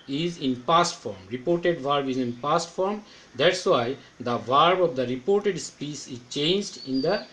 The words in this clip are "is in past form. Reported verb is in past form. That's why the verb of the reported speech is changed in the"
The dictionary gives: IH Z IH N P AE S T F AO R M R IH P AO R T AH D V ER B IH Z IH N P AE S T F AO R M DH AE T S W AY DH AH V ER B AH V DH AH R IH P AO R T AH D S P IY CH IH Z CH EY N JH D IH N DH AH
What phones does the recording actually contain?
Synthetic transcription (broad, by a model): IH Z IH N P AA S T F AO R M R IH P AO R T AH D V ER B IH Z IH N P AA S T F AO R M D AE T S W AY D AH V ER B AH V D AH R IH P AO R T AH D S P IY S IH Z CH EY N JH D IH N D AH